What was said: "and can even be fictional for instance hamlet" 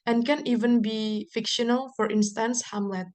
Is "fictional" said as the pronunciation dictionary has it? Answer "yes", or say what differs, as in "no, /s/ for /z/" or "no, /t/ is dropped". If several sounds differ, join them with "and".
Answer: yes